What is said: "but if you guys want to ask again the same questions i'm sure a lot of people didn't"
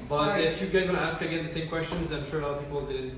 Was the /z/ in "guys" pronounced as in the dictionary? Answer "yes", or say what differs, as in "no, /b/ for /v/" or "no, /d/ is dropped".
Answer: yes